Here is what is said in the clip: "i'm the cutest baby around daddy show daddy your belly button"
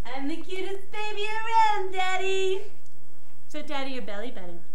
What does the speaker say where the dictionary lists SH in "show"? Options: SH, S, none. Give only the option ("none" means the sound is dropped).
S